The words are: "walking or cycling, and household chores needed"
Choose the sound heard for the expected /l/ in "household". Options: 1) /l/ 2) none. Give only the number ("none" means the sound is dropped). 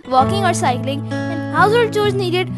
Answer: 2